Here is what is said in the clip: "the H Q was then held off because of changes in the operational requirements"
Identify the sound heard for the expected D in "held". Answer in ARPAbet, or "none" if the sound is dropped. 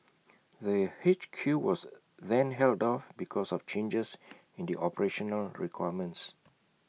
D